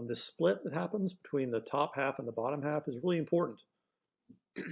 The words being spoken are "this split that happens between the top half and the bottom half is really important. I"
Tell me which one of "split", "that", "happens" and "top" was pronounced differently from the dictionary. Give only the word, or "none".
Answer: none